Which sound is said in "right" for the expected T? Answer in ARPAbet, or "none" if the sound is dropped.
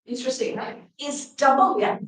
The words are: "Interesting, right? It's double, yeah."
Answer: none